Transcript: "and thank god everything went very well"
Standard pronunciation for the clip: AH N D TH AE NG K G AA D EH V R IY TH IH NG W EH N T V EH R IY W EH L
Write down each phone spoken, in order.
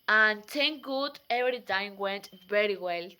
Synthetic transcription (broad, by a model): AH N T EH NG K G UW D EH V R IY T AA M W EH N T V EH R IY W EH L